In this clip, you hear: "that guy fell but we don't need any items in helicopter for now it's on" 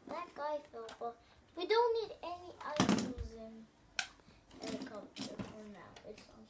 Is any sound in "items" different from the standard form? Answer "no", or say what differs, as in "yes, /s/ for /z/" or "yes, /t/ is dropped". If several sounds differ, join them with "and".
yes, /m/ is dropped